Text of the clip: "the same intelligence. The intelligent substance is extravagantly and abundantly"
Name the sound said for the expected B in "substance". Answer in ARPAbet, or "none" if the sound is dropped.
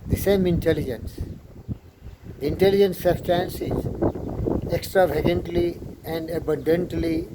none